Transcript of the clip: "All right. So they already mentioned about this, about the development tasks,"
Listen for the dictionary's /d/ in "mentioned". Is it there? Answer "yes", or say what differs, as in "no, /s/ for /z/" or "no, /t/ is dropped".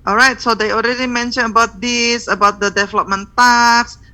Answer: no, /d/ is dropped